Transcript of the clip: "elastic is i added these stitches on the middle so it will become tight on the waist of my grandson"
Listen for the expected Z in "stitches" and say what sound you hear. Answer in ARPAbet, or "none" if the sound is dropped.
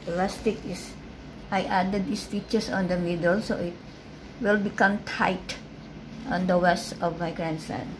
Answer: S